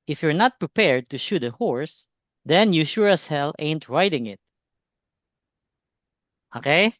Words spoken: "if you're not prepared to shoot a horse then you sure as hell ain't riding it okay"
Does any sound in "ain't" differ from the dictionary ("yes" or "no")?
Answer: no